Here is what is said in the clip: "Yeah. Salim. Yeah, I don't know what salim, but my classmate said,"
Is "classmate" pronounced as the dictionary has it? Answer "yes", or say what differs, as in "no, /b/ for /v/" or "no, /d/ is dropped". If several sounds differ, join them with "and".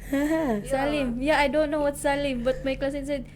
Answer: no, /m/ is dropped